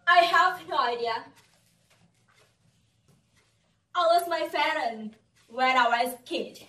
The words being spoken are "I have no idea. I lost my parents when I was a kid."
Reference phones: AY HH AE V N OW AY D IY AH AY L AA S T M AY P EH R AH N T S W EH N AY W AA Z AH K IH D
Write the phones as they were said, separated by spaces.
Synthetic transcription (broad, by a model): AY HH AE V N OW AY D IY AH AY W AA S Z M AY F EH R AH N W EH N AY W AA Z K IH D